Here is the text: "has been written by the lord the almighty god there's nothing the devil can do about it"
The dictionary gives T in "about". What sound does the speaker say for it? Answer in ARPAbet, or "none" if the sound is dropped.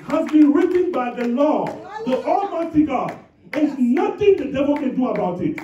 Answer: T